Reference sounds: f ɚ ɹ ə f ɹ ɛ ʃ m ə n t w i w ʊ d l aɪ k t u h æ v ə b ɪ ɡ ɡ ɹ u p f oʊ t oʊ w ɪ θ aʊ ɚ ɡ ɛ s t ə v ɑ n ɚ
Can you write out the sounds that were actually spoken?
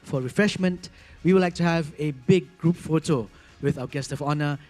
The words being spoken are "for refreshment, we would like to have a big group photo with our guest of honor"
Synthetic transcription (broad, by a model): f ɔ ɹ ə f ɹ ɛ ʃ m ə n t w i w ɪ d l aɪ k t u h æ v ə b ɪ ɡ ɡ ɹ u p f oʊ t oʊ w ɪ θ aʊ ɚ ɡ ɛ s t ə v ɑ n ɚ